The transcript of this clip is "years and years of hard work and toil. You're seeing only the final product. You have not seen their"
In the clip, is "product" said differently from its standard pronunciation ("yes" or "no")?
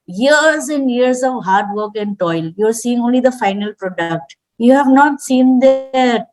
no